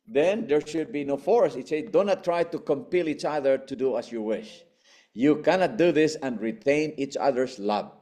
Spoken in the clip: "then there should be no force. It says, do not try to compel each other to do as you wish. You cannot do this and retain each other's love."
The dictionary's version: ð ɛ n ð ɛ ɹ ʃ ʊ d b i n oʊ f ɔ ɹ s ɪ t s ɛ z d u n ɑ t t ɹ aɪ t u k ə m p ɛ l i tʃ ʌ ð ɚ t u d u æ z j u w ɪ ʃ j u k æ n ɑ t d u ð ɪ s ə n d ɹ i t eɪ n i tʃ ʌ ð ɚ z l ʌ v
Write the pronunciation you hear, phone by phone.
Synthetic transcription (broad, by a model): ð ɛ n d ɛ ɹ ʃ ʊ d b i n oʊ f ɔ ɹ s ɪ t s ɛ d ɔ n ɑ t t ɹ aɪ t u k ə m p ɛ l i tʃ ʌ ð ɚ t u d u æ s j u w ɪ ʃ j u k æ n ɑ t d u ð ɪ s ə n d ɹ i t eɪ n i tʃ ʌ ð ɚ s l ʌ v